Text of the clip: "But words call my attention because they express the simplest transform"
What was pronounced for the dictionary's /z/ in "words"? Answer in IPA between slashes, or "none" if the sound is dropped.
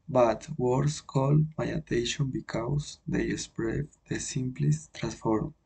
/s/